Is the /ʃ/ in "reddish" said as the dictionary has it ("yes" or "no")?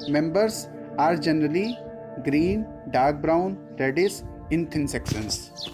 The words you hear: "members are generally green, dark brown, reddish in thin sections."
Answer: no